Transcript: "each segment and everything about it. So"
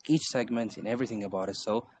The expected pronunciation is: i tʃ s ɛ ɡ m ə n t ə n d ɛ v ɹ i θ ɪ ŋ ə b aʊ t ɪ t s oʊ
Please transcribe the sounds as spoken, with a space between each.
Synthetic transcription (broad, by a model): i tʃ s ɛ ɡ m ə n t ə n ɛ v ɹ i θ ɪ ŋ ə b aʊ t ɪ t s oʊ